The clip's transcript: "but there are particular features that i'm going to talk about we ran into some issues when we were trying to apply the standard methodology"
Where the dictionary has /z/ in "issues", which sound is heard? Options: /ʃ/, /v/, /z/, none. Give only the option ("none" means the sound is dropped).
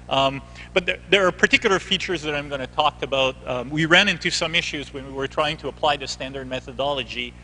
/z/